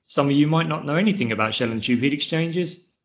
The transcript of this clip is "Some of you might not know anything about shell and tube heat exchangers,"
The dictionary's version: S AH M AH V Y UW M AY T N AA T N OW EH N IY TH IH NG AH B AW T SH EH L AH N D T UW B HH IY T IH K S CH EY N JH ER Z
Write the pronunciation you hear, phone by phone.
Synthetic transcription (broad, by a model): S AH M AH V Y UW M AY T N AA T N OW EH N IY TH IH NG AH B AW T SH EH L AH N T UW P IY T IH K S CH EY N JH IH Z